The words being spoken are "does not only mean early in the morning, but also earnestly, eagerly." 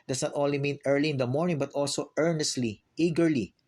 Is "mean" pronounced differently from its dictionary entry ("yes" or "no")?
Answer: no